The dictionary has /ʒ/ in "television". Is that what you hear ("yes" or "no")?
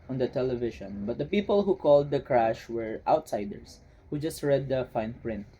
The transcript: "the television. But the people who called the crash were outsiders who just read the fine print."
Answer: no